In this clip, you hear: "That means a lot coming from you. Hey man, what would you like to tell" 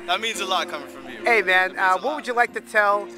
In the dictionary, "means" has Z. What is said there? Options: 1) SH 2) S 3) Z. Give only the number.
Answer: 3